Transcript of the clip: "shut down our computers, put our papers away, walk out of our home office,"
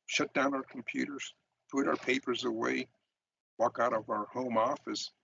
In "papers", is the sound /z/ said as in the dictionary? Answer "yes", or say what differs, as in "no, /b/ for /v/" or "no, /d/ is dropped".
yes